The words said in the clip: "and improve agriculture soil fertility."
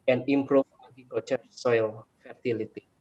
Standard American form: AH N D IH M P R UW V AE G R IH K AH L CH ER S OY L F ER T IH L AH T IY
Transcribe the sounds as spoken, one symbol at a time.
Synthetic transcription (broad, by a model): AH N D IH M P R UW F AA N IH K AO CH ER S OY L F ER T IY L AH T IY